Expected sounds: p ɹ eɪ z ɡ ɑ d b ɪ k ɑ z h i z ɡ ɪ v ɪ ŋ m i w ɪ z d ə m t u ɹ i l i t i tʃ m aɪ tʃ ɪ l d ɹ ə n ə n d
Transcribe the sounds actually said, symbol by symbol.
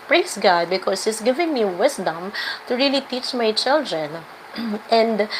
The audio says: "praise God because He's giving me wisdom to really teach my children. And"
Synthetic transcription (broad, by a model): p ɹ eɪ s ɡ ɑ d b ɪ k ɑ s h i s ɡ ɪ v ɪ ŋ m i w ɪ s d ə m t u ɹ i l i t i tʃ m aɪ tʃ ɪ l d ɹ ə n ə n d